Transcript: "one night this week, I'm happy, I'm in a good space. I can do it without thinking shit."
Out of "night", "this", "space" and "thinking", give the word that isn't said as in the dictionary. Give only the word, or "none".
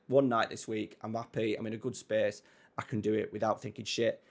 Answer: none